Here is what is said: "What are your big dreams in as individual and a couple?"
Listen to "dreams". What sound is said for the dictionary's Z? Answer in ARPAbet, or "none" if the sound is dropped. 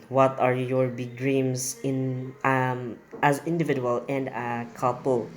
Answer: S